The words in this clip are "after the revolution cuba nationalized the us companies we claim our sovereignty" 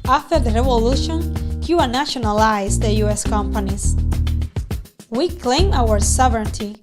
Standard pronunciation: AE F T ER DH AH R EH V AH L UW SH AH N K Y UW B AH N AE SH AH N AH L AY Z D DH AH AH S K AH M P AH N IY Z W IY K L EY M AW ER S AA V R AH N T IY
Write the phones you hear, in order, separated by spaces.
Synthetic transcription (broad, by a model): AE F T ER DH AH R EH V AH L UW SH AH N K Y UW AH N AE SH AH N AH L AY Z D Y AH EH S K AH M P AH N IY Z W IY K L EY M AW ER S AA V R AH N T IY